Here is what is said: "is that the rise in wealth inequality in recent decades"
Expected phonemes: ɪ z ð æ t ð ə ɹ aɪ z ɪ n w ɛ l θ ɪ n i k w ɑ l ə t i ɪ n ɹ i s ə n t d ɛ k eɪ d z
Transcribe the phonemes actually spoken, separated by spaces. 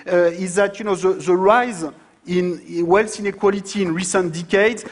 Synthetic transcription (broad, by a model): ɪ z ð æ t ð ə ɹ aɪ z ɪ n w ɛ l s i n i k w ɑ l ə t i n ɹ i s ə n t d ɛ k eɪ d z